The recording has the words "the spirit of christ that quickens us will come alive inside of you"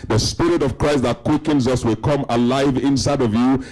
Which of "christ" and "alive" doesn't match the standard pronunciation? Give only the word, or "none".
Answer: none